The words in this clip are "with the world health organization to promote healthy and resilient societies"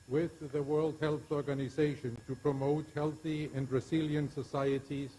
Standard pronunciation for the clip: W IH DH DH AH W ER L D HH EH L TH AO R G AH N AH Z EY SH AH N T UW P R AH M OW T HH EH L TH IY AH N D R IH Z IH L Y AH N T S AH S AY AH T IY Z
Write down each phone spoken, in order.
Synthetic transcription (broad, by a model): W IH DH DH AH W ER L D HH EH L TH AO R G AH N AH Z EY SH AH N T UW P R AH M OW T HH EH L TH IY AH N D R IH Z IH L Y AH N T S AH S AY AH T IY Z